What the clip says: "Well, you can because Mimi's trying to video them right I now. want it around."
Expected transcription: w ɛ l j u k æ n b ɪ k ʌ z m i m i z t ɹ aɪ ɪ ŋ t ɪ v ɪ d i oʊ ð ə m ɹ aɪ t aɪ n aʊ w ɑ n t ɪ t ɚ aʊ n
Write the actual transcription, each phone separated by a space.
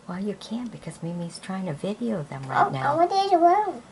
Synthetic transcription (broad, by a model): w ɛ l j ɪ k æ n b ɪ k ʌ z m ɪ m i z t ɹ aɪ ɪ ŋ t ɪ v ɪ d i oʊ ð ə m ɹ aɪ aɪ n aʊ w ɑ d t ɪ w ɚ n